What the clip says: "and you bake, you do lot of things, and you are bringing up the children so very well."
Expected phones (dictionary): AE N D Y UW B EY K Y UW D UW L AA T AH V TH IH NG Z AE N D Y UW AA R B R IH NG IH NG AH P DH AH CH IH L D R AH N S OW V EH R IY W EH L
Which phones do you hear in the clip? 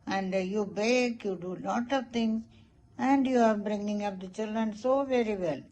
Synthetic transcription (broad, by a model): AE N D Y UW B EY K Y UW D UW L AA T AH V T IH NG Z AE N D Y UW AA R B R IH NG IH NG AH P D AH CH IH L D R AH N S OW V EH R IY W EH L